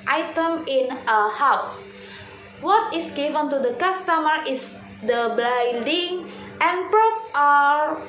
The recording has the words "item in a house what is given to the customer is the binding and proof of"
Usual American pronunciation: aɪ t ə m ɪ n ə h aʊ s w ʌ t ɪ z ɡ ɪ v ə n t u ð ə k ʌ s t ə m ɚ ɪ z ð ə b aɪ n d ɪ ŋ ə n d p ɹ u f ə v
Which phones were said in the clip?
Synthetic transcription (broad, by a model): aɪ t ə m ɪ n ə h aʊ s w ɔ t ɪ s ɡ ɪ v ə n t u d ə k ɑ s t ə m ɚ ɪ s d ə b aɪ d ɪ ŋ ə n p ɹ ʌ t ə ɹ